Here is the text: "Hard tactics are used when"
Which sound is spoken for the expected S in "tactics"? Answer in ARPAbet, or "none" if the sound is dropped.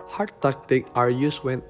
none